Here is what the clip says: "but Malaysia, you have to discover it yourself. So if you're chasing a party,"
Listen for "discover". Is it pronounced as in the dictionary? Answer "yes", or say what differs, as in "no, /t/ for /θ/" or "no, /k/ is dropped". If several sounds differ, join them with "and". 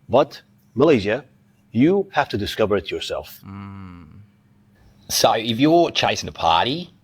yes